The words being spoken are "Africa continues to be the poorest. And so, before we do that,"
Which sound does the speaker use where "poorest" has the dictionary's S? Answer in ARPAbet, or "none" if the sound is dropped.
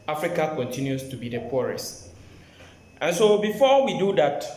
S